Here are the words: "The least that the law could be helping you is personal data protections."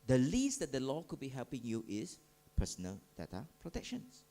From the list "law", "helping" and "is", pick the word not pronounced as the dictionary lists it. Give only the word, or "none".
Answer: is